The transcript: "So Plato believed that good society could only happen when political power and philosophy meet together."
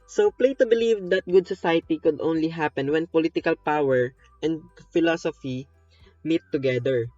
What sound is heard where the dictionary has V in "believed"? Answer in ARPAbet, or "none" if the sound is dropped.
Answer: V